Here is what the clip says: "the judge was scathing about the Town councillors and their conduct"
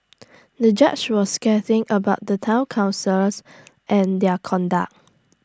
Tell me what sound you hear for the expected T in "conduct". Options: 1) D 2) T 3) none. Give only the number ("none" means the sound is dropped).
3